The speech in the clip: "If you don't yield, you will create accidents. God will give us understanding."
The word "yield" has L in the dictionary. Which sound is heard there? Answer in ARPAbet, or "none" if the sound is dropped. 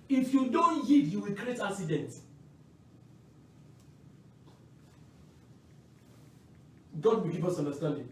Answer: none